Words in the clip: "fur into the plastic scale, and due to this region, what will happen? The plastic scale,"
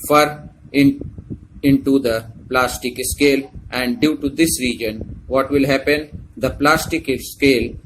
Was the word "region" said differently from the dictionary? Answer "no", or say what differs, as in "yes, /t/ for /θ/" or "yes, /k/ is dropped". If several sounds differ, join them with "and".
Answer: no